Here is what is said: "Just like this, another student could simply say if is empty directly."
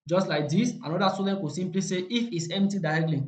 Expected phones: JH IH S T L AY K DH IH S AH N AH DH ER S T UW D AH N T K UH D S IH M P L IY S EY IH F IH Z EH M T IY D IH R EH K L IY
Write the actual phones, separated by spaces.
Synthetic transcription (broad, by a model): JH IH S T L AY K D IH S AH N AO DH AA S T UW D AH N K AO S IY M P L IY S EY IH F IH S EH M T IY D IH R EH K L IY